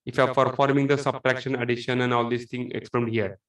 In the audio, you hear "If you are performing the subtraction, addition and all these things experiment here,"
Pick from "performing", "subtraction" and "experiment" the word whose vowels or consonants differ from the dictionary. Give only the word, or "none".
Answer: experiment